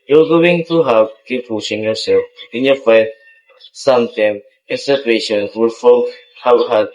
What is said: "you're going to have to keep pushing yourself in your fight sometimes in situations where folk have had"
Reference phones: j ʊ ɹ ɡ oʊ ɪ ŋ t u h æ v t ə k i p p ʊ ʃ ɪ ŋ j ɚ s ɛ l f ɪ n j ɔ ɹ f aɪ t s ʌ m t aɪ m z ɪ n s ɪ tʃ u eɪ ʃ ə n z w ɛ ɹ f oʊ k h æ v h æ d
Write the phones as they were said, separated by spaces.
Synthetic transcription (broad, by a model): j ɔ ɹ ɡ oʊ ɪ ŋ t u h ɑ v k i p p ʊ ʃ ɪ ŋ j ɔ s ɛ l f ɪ n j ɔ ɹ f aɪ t s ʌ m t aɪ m ɪ n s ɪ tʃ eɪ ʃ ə n w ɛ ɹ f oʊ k h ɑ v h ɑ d